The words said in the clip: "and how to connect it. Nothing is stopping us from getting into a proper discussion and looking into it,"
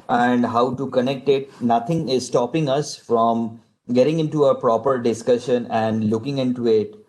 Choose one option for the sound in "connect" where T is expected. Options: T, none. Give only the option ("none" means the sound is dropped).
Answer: T